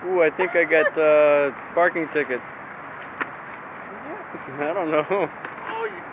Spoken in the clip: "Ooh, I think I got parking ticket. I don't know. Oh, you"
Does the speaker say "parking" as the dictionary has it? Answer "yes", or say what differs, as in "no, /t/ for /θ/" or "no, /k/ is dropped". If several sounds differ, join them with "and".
yes